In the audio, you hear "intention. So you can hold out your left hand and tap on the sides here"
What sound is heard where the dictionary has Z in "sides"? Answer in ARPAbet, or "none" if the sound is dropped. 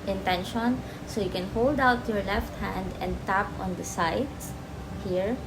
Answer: S